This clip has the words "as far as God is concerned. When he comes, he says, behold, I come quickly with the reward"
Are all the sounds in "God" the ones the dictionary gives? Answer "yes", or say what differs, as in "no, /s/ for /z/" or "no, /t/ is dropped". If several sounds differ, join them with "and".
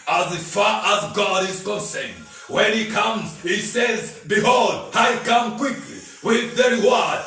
yes